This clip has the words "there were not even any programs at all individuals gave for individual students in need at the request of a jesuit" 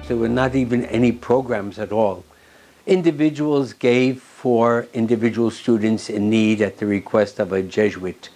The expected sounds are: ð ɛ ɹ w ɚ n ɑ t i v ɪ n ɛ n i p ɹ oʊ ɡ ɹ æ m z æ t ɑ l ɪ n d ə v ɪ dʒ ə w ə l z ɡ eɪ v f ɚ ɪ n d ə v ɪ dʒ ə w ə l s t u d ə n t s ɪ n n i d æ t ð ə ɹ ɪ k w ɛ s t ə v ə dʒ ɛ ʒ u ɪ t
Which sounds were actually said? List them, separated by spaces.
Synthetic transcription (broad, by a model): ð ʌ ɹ w ɚ n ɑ t i v ɪ n ɛ n i p ɹ oʊ ɡ ɹ æ m z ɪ t ɑ l ɪ n d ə v ɪ dʒ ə w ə l z ɡ eɪ v f ɚ ɪ n d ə v ɪ dʒ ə w l s t u d n t s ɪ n n i d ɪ t ð ə ɹ ɪ k w ɛ s t ə v ə dʒ ɛ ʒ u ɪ t